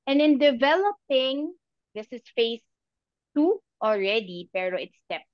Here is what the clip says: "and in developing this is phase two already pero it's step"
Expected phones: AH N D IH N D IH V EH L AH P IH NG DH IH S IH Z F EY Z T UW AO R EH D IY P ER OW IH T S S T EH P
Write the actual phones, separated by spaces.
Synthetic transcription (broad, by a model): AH N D IH N D IH V EH L AH P IH NG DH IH S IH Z F EY S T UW AO R EH D IY P ER OW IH T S S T EH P